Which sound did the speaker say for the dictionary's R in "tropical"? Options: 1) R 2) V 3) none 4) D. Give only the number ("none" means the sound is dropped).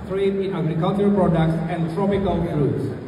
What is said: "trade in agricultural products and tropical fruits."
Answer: 1